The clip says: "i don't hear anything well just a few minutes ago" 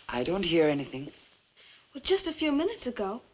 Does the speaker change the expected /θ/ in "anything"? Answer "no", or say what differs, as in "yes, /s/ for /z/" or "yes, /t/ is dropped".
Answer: no